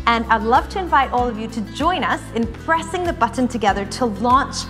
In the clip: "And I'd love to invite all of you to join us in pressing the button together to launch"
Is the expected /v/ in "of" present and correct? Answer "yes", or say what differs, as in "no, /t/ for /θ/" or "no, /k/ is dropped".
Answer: yes